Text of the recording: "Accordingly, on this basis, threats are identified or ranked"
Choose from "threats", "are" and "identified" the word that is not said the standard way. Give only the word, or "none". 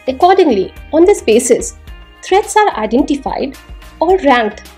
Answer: threats